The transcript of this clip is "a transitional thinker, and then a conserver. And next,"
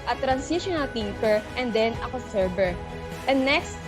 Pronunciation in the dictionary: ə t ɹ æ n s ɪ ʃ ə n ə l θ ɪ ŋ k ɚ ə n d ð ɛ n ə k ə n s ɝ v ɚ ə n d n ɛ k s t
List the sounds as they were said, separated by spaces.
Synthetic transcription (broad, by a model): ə t ɹ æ n s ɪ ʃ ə n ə l t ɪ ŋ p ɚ ə n d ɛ n ə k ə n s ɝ b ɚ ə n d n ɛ k s t